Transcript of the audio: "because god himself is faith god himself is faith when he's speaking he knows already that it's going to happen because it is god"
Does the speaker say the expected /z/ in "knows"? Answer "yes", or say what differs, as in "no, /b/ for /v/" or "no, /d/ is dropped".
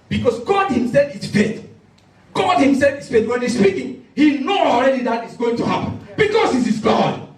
no, /z/ is dropped